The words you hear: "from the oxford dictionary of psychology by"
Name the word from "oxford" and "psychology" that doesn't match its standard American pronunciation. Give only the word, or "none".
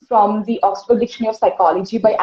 oxford